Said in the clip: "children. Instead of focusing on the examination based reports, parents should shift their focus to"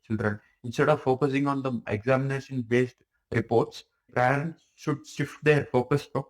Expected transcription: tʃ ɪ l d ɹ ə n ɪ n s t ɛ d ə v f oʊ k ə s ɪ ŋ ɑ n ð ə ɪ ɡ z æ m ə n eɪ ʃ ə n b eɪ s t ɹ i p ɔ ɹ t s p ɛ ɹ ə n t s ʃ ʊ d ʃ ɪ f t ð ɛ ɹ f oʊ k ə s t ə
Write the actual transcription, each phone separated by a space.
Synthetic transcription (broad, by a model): tʃ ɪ l d ɹ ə n ɪ n s t ɛ d ə v f oʊ k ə s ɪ ŋ ɑ n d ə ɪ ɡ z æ m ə n eɪ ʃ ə n b eɪ s t ɹ i p ɔ ɹ t s p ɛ ɹ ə n t s ʃ ʊ d ʃ ɪ f t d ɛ ɹ f oʊ k ə s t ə